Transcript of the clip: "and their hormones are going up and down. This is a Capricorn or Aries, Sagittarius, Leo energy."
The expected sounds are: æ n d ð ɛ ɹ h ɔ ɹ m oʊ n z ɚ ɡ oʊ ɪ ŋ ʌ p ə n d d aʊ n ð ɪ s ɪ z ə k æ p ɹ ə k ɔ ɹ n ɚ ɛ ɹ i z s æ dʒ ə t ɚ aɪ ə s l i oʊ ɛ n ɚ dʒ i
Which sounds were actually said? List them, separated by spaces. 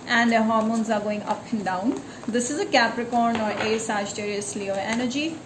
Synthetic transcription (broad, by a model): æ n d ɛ h ɔ ɹ m oʊ n z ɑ ɡ oʊ ɪ ŋ ʌ p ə n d d aʊ n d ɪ s ɪ z ə k æ p ɹ ə k ɔ ɹ n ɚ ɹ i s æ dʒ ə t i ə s l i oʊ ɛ n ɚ dʒ i